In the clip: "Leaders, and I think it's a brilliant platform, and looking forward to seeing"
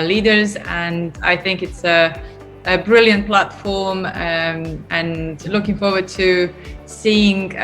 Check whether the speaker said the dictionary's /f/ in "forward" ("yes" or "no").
yes